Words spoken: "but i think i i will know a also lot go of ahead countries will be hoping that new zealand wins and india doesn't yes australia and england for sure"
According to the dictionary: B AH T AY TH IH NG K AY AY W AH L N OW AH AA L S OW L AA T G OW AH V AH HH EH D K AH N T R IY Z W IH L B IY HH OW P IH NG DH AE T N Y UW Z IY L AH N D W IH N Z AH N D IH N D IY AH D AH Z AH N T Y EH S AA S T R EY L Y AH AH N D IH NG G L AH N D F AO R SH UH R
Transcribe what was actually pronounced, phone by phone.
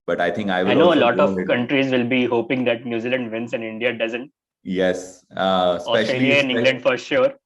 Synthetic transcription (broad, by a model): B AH T AY T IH NG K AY AY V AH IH N OW AH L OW L AA T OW AH V K AH N T R IY Z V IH L B IY HH OW P IH NG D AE T N Y UW Z IY L AH N D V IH N S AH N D IH N D IY AH D AH Z AH N T Y EH S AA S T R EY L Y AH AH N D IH G L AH N D F AO R SH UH R